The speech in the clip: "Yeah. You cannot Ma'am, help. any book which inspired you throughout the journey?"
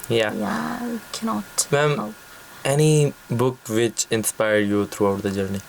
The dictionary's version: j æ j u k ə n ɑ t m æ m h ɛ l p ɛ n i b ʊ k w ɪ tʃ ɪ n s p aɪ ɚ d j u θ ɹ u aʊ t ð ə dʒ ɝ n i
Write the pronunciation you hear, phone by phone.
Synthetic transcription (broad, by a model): j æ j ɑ k ə n ɑ t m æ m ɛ ɛ n i b ʊ k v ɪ tʃ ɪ n s p aɪ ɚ d j u t ɹ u aʊ t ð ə dʒ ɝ n i